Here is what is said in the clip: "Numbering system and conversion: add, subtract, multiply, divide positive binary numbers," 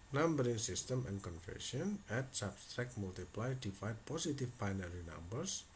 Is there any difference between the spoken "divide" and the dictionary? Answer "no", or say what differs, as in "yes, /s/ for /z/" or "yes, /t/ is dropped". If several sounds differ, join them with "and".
yes, /f/ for /v/